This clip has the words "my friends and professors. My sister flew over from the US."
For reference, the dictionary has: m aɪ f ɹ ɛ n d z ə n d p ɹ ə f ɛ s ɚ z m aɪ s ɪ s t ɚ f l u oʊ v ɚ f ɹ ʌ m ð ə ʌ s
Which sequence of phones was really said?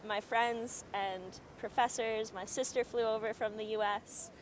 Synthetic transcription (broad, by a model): m aɪ f ɹ ɛ n d z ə n p ɹ ə f ɛ s ɚ z m aɪ s ɪ s t ɚ f l u oʊ v ɚ f ɹ ʌ m ð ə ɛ s